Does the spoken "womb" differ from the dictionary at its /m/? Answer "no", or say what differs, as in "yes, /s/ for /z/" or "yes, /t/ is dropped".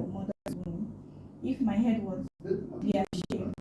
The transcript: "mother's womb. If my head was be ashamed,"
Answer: yes, /m/ is dropped